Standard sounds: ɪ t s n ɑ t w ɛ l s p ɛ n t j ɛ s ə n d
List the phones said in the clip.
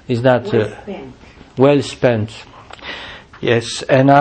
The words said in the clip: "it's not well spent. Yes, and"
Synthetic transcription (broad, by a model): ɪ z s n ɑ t w ɛ l s p ɛ n t j ɛ s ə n